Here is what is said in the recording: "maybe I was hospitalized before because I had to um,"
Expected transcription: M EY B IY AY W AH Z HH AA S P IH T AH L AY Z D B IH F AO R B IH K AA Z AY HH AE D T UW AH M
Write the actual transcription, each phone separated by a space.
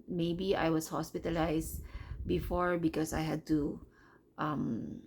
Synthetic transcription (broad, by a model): M EY B IY AY W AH S HH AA S P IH T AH L AY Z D B IH F AO R B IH K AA S AY HH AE D T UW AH M